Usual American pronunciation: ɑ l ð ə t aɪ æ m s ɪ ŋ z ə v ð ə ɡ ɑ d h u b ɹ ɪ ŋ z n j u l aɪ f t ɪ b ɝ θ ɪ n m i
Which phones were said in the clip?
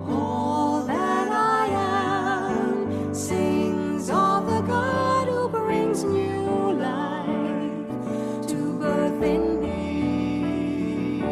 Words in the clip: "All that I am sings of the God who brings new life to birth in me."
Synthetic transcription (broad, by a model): ɑ l ð ə t aɪ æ m s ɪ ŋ z ə v ð ə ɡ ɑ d h u b ɹ ɪ ŋ z n j u l aɪ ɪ t ɪ b ɝ θ ɪ n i